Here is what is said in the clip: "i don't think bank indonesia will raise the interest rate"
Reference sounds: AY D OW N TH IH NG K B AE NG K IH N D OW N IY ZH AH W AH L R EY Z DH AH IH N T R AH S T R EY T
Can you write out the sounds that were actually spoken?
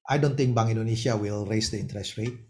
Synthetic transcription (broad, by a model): AY D OW N T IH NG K B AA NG IH N D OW N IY SH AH W AH L R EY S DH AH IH N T R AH S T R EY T